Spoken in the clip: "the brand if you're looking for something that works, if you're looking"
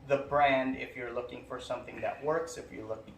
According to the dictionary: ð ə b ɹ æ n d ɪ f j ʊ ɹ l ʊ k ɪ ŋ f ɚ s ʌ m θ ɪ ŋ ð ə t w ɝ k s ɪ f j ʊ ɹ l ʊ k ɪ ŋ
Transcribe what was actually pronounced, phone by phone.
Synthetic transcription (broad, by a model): ð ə b ɹ æ n d ɪ f j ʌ ɹ l ʊ k ɪ ŋ f ɚ s ʌ m θ ɪ ŋ ð ə t w ɝ k s ɪ f j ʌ ɹ l ʊ k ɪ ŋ